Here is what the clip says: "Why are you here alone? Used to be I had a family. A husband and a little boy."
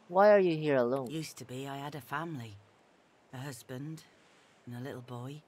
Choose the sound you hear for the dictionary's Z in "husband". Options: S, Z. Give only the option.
Z